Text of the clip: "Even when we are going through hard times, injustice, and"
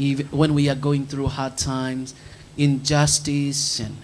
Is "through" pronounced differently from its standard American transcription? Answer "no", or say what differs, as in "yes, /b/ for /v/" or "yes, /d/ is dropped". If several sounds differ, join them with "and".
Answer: no